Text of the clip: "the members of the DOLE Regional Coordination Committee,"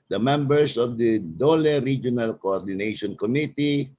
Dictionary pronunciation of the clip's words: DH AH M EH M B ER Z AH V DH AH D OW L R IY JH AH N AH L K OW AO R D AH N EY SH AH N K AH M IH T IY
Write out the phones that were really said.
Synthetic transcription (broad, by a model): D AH M EH M B ER S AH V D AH D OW L R IY JH AH N AH L K OW AO R D AH N EY SH AH N K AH M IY T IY